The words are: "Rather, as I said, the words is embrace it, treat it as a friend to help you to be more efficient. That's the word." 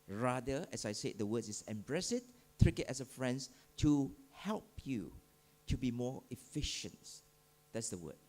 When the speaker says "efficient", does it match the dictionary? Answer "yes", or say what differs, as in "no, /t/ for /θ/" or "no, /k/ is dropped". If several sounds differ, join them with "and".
yes